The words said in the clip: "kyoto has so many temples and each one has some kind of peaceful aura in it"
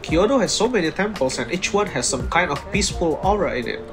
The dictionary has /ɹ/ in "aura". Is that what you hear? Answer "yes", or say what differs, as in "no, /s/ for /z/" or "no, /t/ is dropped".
yes